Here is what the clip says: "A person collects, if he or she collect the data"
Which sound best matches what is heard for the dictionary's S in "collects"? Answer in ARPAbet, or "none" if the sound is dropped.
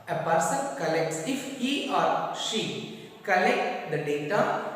S